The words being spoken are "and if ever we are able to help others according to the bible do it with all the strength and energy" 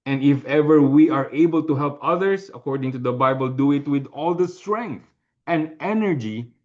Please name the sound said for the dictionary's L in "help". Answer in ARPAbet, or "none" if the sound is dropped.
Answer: L